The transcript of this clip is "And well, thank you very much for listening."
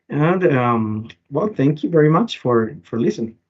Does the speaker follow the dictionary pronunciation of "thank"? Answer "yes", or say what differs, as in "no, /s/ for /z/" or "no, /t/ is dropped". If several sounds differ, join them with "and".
yes